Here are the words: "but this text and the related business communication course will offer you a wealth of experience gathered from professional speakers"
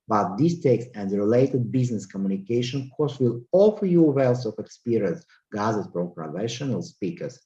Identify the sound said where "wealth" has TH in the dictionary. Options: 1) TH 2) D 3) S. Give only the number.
3